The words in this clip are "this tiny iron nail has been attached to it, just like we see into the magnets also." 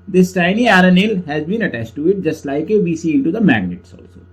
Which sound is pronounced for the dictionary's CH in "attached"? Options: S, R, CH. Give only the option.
CH